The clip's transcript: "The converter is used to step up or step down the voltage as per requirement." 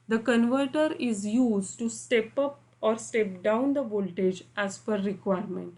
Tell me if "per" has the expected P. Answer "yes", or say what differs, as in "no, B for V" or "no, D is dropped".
no, F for P